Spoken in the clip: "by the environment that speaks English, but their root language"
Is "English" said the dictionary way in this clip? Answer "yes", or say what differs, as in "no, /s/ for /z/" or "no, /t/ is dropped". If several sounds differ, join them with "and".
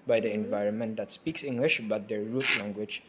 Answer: yes